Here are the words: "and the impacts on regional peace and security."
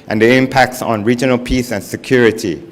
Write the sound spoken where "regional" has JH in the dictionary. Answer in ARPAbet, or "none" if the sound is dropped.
JH